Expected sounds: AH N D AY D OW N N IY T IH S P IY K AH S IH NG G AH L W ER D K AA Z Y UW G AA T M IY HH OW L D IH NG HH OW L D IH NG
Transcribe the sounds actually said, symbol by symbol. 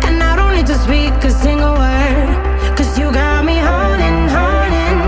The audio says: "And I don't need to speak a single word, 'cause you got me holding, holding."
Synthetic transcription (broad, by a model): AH N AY D OW N L IY T IH S P IY K AH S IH NG G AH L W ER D K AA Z Y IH G AA T M IY HH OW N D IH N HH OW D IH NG